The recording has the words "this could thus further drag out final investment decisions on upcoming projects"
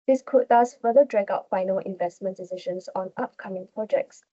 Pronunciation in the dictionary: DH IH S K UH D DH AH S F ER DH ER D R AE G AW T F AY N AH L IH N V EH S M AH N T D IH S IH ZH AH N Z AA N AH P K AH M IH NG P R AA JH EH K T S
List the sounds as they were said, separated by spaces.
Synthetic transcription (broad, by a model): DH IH S K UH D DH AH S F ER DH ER D R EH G AW T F AY N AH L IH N V EH S M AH N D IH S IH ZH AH N S AA N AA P K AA M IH NG P R AA JH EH K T S